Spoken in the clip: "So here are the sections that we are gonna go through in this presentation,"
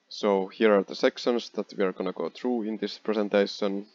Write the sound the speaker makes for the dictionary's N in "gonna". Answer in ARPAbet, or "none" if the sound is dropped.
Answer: N